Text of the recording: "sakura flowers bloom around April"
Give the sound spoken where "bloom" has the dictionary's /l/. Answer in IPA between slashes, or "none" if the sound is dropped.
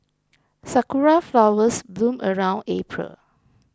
/l/